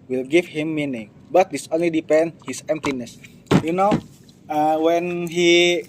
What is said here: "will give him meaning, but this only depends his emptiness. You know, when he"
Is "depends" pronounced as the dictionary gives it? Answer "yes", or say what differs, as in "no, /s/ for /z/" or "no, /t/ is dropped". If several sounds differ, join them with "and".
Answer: no, /z/ is dropped